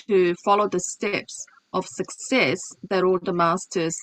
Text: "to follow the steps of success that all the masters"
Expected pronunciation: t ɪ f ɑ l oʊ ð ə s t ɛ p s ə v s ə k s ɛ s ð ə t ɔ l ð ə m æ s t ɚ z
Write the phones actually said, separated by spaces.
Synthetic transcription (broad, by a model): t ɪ f ɑ l oʊ ð ə s t ɛ p s ə v s ə k s ɛ s ð ə t ɔ l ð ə m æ s t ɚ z